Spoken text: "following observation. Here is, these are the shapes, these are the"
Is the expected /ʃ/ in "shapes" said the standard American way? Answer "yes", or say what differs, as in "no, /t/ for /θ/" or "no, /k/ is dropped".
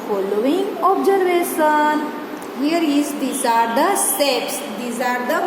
no, /s/ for /ʃ/